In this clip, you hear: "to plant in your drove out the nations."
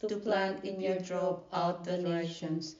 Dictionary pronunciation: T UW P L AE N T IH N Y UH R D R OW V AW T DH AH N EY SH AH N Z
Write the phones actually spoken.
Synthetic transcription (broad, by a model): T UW P L AE N T IH N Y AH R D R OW P AW T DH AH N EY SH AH N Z